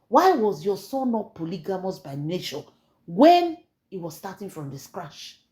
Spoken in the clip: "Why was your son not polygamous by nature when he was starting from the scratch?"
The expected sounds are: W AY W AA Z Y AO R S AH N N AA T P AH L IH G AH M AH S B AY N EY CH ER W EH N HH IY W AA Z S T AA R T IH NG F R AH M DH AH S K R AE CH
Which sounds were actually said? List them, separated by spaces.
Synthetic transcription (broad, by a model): W AY W AA Z Y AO S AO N N AA T P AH L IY G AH M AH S B AY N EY SH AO W EH N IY W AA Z S T AA T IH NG F R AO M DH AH S K R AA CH